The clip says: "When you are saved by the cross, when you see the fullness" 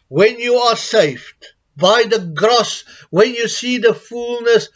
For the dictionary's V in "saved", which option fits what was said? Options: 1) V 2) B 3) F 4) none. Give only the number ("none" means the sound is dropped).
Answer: 3